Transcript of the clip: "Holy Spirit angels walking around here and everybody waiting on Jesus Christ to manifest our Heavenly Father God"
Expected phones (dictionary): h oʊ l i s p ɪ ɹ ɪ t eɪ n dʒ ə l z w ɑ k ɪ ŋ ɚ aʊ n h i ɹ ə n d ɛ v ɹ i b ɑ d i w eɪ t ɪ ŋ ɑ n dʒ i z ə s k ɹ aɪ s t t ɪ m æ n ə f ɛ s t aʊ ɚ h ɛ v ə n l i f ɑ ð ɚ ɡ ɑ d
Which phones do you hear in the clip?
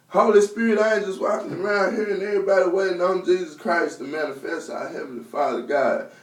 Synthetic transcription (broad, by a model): h oʊ l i s p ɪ ɹ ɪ t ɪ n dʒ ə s w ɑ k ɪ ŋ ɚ aʊ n h i ɹ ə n ɛ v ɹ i b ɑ d i w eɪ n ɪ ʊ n dʒ i z ə s k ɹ aɪ s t t ɪ m æ n ə f ɛ s t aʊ h ɛ v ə n l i f ɑ ð ɚ ɡ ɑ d